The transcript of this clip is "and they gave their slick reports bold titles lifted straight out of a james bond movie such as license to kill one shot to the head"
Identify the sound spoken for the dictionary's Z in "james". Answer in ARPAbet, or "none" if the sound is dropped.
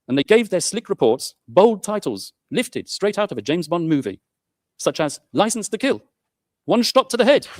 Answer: Z